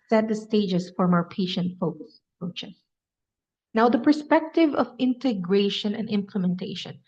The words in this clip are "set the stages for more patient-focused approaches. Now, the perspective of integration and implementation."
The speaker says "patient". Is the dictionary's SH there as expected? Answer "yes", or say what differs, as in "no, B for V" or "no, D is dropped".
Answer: yes